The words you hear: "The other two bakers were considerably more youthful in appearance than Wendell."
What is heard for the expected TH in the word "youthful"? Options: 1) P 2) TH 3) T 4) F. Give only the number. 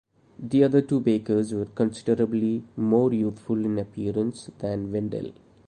3